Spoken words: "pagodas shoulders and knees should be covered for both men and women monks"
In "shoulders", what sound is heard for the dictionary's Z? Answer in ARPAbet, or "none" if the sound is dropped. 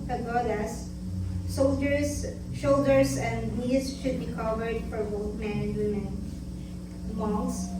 S